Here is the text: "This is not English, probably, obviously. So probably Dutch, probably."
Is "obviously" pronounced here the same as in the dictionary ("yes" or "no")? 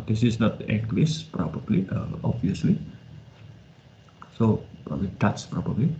no